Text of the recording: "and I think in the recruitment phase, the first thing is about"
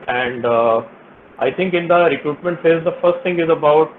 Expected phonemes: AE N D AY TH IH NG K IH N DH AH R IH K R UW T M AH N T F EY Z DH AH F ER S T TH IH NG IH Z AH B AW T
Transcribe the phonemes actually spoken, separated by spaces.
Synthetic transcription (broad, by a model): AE N D AY T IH NG K IH N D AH R IH K R UW T M AH N T F EY Z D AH F ER S T T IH NG IH Z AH B AW T